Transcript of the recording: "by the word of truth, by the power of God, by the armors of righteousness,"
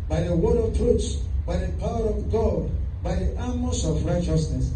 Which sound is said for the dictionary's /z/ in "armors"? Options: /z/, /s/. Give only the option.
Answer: /s/